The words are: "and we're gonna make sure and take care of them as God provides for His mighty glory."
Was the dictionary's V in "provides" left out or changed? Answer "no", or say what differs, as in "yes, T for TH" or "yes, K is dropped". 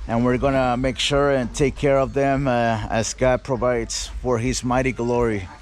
no